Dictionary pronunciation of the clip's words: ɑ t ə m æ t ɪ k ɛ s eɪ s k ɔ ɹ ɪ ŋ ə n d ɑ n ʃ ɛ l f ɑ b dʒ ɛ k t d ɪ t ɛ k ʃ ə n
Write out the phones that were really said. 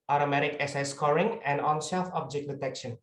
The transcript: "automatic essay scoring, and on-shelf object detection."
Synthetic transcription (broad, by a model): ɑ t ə m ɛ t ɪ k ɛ s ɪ s k ɔ ɹ ɪ ŋ ə n d ɑ n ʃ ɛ f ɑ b dʒ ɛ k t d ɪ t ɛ k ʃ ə n